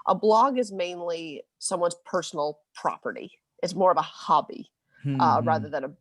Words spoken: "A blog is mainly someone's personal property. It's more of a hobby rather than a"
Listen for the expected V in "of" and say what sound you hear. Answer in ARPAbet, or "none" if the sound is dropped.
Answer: V